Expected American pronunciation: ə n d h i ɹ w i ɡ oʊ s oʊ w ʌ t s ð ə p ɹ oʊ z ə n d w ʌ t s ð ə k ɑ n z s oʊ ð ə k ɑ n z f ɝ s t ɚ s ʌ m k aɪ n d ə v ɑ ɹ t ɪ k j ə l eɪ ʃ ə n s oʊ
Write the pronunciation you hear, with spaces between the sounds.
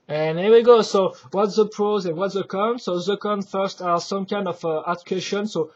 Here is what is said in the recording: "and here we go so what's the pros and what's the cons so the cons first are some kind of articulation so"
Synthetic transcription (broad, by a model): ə n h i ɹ w i ɡ oʊ s oʊ w ʌ t s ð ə p ɹ oʊ z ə n w ʌ t s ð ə k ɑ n s oʊ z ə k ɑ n f ɝ s t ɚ s ʌ m k aɪ n d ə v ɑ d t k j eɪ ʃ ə n s oʊ